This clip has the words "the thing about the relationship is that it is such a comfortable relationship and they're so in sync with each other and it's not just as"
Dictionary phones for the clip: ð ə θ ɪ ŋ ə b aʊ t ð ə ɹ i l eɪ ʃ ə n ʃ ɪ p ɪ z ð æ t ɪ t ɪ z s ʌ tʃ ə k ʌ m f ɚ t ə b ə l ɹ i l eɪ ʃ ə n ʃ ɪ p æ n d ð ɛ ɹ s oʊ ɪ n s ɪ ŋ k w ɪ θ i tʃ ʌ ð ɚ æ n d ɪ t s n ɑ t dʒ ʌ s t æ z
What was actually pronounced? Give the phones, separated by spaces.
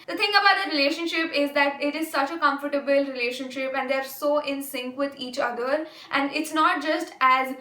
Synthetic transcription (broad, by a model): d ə t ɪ ŋ ə b aʊ t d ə ɹ i l eɪ ʃ ə n ʃ ɪ p ɪ z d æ t ɪ t ɪ z s ʌ tʃ ə k ʌ m f ɚ t ə b ə l ɹ i l eɪ ʃ ə n ʃ ɪ p æ n d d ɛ ɹ s oʊ ɪ n s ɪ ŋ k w ɪ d i tʃ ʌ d ɚ æ n d ɪ t s n ɑ t dʒ ʌ s t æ z